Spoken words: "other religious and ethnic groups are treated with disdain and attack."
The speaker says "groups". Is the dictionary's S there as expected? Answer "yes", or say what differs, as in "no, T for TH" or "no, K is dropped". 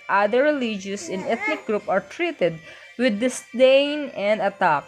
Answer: no, S is dropped